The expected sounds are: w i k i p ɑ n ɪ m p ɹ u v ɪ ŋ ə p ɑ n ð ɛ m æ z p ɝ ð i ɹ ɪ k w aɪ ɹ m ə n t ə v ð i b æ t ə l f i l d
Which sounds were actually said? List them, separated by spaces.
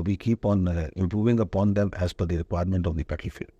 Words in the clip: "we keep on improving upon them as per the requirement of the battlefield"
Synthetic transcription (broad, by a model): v i k i p ɑ n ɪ m p ɹ u v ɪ ŋ ə p ɑ n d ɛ m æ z f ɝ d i ɹ ɪ k w aɪ ɹ m ə n t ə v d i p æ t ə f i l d